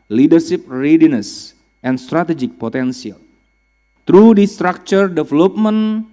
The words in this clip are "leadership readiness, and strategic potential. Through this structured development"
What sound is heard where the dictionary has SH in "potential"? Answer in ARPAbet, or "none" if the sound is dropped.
S